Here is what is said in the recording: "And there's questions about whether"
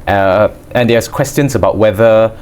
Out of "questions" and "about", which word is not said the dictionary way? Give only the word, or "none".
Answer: questions